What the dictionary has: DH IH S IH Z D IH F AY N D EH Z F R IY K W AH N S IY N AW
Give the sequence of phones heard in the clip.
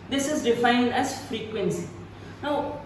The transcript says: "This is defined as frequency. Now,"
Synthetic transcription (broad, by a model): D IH S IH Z D IH F AY N D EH S F R IY K W AH N S IY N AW